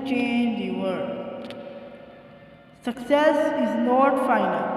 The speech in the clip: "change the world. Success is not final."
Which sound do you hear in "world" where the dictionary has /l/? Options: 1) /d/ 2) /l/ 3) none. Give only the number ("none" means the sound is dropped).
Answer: 3